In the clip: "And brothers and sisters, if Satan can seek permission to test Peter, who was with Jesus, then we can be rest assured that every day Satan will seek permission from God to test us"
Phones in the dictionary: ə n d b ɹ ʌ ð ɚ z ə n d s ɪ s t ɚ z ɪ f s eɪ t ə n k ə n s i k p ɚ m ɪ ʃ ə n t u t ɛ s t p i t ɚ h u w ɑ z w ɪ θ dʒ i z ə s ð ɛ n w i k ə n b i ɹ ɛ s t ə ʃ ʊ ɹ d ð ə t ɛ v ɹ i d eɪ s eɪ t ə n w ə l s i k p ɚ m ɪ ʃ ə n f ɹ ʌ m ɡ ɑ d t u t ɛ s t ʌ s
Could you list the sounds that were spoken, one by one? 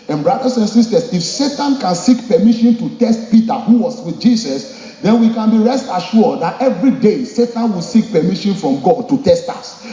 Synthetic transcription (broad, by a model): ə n b ɹ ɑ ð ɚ s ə n s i s t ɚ s ɪ f s eɪ t ə n k ə n s i k p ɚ m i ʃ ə n t u t ɛ s t p i t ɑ h u w ɑ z w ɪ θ dʒ i s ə s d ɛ n w i k ə n b i ɹ ɛ s t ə ʃ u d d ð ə t ɛ v ɹ i d eɪ s eɪ t ə n w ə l s i k p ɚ m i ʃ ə n f ɹ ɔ m ɡ ɑ d t u t ɛ s t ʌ s